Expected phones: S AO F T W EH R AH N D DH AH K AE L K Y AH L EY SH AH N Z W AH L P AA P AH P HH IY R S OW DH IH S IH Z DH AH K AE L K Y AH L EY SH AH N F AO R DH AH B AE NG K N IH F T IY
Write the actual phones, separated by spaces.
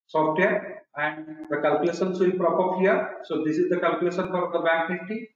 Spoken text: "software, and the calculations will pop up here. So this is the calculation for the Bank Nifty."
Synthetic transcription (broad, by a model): S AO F T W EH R AH N D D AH K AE L K Y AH L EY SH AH N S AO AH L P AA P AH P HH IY R S OW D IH S IH Z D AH K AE L K Y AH L EY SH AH N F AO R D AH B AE K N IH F T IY